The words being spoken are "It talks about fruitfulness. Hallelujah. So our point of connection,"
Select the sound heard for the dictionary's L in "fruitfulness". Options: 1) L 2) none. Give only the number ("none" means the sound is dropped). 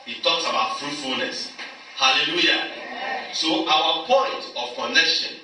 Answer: 1